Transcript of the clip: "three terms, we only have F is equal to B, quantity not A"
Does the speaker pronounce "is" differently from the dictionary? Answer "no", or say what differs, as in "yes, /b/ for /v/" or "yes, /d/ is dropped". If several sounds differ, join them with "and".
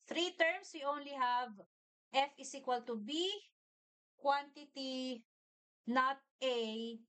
yes, /s/ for /z/